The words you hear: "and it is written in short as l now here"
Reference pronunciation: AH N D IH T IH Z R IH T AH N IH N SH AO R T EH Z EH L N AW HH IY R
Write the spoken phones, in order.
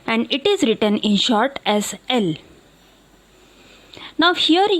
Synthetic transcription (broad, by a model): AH N D IH T IH Z R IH T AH N IH N SH AO R T EH Z EH L N AW HH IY R